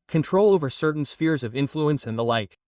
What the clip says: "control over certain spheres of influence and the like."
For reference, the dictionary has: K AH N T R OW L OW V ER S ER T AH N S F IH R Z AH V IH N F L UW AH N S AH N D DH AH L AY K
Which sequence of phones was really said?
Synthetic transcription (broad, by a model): K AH N T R OW L OW V ER S ER T N S F IH R Z AH V IH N F L UW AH N S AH N DH AH L AY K